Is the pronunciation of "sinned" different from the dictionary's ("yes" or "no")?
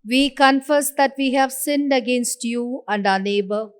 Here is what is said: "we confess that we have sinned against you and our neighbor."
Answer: no